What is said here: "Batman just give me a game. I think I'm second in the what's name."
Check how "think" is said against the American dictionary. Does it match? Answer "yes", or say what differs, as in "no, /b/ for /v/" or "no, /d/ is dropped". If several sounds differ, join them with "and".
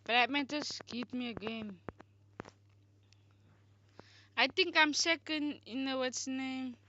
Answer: no, /t/ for /θ/